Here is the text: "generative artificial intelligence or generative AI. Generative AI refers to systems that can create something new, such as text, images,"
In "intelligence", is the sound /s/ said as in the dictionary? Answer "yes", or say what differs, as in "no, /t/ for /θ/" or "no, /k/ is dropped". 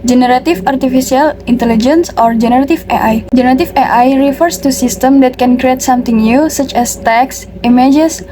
yes